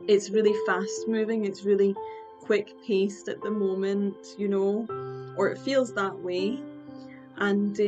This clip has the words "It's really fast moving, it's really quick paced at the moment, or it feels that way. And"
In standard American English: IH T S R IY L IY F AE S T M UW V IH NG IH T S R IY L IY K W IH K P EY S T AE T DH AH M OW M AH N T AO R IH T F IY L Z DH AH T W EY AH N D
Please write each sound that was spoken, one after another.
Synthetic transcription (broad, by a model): IH T S R IY L IY F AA S T M UW V IH NG IH T S R IY L IY K W IH K P EY S T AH T DH AH M OW M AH N T AO R IH T F IY L Z DH AH T W EY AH N